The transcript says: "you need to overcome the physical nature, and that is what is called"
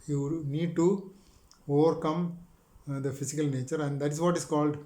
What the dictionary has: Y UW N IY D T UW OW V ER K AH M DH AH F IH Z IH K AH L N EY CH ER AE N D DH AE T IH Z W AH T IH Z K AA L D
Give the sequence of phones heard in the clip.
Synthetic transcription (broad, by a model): Y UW N IY D T UW OW V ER K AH M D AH F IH S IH K AH L N EY CH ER AE N D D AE T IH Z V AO T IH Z K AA L D